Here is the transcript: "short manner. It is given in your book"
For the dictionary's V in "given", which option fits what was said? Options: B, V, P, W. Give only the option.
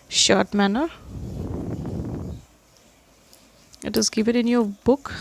P